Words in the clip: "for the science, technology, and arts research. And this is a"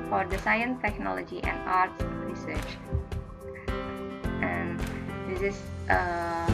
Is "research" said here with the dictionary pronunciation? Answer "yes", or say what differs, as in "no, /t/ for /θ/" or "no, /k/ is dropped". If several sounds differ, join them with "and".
yes